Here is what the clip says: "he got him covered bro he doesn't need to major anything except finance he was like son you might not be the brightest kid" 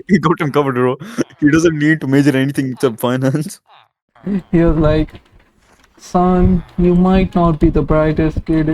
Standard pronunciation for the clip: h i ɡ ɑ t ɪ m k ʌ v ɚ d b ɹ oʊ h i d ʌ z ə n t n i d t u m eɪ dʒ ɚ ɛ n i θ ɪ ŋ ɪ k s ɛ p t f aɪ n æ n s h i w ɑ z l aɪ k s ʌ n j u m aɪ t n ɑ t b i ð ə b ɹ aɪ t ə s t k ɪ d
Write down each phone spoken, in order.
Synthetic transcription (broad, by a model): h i ɡ ɑ t ɪ m k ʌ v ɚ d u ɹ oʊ h i d ʌ z ə n t n i d t u m eɪ dʒ ɚ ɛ n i t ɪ ŋ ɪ s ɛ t f aɪ n æ n s h i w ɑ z l aɪ k s ʌ n j u m aɪ t n ɑ t b i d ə b ɹ aɪ t ə s t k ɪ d